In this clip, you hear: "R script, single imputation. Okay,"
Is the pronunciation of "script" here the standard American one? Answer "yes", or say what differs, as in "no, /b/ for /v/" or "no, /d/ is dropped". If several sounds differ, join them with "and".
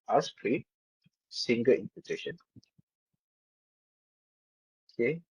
no, /p/ is dropped